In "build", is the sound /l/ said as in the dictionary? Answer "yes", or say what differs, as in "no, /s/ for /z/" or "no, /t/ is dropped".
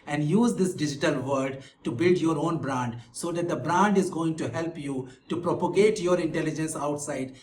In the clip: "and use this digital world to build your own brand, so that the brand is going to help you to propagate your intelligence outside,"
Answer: yes